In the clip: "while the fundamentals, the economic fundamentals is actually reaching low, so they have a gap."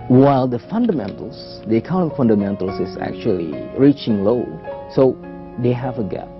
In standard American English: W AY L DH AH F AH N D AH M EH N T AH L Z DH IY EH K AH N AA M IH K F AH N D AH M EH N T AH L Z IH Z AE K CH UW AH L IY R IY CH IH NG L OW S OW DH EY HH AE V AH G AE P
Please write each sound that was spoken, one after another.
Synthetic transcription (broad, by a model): W AY L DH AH F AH N D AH M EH N T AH L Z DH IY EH K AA IH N F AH N D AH M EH N T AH L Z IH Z AE K CH UW AH L IY R IY CH IH NG L OW S OW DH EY HH AE V AH G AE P